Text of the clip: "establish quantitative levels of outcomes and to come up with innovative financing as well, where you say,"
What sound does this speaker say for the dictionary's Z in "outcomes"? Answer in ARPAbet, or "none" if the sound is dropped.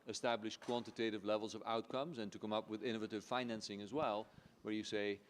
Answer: Z